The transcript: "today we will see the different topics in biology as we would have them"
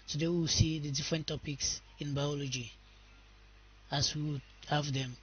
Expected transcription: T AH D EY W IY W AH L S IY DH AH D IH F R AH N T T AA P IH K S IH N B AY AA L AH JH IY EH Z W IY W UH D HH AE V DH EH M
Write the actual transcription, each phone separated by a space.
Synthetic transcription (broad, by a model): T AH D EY W IY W S IY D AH D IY F R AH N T T AA P IH K S IH N B AY AA L AH JH IY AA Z W IY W HH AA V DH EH M